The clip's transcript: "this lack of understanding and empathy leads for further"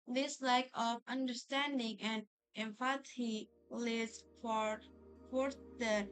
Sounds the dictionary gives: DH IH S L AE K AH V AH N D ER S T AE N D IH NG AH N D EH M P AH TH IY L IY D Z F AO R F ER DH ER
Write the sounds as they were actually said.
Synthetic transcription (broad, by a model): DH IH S L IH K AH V AH N D ER S T AE N D IH NG AH N D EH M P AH T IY L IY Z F F AO R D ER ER